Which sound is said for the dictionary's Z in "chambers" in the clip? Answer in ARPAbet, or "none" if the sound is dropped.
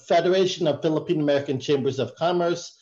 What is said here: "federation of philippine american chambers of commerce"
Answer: Z